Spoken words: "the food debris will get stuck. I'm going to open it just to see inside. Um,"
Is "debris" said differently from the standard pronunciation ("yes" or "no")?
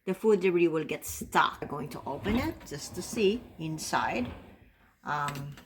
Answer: yes